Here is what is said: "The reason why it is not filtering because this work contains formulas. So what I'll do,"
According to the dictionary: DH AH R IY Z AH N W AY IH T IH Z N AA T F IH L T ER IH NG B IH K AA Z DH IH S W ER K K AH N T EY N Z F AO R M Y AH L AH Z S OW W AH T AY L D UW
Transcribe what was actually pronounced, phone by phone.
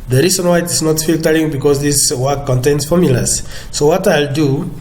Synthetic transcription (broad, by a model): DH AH R IY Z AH N W AY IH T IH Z N AA T F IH L T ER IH NG B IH K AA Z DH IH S W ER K K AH N T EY N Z F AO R M Y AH L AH S OW W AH T AY L D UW